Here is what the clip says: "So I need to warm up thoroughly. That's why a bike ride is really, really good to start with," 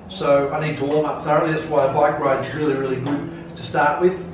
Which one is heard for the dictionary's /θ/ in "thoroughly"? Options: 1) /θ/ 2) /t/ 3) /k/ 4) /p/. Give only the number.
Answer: 1